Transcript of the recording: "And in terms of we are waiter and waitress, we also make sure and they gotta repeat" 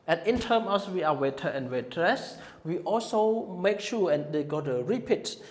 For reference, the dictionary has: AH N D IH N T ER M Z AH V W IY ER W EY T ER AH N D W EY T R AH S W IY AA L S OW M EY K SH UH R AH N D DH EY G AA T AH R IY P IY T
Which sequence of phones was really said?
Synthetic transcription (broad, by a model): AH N IH N T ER M AH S W IY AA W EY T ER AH N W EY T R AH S W IY AA L S OW M EY K SH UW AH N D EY G AA T AH R IY P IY T